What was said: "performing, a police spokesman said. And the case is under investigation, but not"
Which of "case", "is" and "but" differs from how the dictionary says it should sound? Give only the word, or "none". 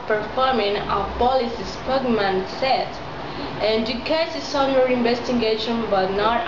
is